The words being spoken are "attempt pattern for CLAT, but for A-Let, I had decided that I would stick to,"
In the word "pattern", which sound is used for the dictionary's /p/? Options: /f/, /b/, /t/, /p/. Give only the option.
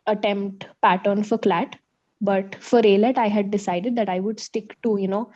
/p/